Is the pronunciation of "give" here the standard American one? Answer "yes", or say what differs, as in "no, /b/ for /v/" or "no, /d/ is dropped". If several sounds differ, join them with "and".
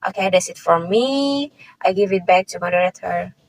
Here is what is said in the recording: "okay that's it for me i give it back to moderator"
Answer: yes